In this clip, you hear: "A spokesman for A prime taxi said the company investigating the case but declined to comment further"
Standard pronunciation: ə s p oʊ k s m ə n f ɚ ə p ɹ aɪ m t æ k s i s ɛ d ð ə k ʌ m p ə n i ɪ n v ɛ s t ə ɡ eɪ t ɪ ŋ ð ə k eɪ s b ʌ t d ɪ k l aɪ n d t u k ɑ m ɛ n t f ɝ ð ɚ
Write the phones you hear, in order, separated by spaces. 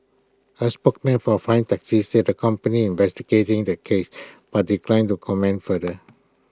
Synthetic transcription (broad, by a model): ə s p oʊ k m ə n f ə f ɹ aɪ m t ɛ k s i s ɛ d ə k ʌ m p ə n i ɪ n v ɛ s t ə ɡ eɪ t ɪ ŋ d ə k eɪ s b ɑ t d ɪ k l aɪ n t u k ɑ m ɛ n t f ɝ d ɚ